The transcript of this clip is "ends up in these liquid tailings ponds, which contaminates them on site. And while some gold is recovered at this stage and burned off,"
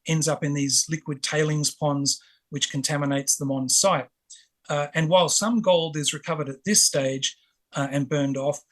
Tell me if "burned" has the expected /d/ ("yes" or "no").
yes